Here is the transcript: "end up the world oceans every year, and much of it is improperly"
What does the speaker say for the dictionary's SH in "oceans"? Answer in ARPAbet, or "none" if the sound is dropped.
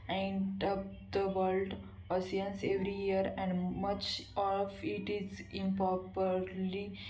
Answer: S